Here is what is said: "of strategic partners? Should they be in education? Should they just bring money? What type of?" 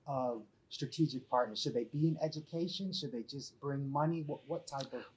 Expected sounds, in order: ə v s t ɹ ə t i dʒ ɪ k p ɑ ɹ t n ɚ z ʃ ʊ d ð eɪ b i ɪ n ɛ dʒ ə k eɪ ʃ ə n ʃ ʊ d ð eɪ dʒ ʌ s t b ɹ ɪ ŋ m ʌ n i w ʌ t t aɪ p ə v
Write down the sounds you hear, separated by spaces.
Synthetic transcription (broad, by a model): ə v s t ɹ ə t i dʒ ɪ k p ɑ ɹ t n ɚ z ʃ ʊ d ð eɪ b i ɪ n ɛ dʒ ə k eɪ ʃ ə n ʃ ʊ d ð eɪ dʒ ʌ s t b ɹ ɪ ŋ m ʌ n i w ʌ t t aɪ p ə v